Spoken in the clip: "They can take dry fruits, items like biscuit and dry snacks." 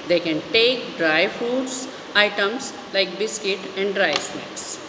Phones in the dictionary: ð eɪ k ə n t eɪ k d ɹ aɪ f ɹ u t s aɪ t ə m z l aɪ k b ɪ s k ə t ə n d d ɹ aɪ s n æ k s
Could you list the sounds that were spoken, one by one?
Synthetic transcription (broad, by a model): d eɪ k ə n t eɪ k d ɹ aɪ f u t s aɪ t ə m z l aɪ k b ɪ s k ə t ə n d d ɹ aɪ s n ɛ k s